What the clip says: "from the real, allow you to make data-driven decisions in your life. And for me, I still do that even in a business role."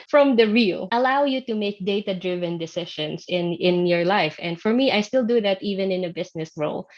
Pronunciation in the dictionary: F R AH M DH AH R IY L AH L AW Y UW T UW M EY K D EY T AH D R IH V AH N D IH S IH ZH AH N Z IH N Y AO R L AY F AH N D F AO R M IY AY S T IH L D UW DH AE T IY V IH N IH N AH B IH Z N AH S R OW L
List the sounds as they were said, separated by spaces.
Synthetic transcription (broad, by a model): F R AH M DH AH R IY L AH L AW Y UW T UW M EY K D EY T AH D R IH V AH N D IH S IH SH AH N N IH N Y AO R L AY F AH N D F AO R M IY AY S T IH L D UW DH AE T IY V IH N IH N AH B IH S N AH S R OW L